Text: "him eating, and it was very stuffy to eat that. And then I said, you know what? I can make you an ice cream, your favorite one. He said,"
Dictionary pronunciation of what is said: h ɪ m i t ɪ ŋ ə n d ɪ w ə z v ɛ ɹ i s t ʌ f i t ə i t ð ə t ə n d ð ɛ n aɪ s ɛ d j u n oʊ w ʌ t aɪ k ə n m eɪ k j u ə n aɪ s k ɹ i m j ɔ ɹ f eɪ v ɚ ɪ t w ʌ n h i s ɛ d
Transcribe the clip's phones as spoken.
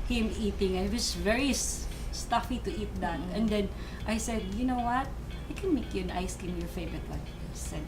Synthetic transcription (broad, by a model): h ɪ m i t ɪ ŋ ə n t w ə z v ɛ ɹ i s t ʌ f i t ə i t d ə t ə n d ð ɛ n aɪ s ɛ d j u n oʊ w ʌ t aɪ k ə n m eɪ k j u ə n aɪ s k i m j ɔ ɹ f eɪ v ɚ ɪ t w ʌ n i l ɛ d